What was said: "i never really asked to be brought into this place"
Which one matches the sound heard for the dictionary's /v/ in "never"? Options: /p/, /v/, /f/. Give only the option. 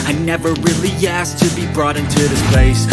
/v/